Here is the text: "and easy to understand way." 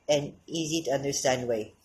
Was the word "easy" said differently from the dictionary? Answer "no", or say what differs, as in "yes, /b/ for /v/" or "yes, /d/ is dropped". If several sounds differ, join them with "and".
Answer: no